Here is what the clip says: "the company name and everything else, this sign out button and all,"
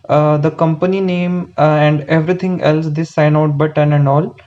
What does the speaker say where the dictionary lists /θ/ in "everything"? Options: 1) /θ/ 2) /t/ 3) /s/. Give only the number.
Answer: 2